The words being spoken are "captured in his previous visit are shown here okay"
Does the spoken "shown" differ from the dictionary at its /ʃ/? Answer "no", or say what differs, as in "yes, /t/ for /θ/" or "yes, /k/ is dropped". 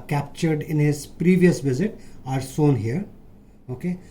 yes, /s/ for /ʃ/